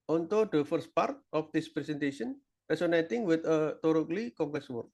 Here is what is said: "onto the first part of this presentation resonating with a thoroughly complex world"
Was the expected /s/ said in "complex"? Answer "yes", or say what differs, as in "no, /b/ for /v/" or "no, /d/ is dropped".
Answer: yes